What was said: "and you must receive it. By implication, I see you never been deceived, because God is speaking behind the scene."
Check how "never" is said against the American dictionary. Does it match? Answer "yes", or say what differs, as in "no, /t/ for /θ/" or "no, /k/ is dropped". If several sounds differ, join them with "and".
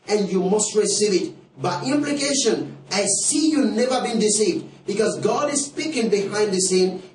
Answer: yes